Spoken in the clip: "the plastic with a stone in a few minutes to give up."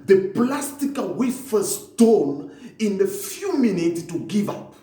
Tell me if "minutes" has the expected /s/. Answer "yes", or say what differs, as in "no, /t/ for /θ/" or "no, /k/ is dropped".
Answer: no, /s/ is dropped